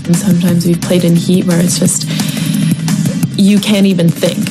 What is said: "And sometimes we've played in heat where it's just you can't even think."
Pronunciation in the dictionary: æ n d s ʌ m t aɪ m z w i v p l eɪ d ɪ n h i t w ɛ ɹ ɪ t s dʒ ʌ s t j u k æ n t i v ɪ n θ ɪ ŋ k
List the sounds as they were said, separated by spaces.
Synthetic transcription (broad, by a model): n s ʌ m t aɪ m z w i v p l eɪ d ɪ n h i t w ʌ ɹ ɪ t s dʒ ʌ s t j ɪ k æ n t i v ɪ n θ ɪ ŋ k